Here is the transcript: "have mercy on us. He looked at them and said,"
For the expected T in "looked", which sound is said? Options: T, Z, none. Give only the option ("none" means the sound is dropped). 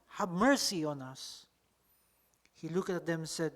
none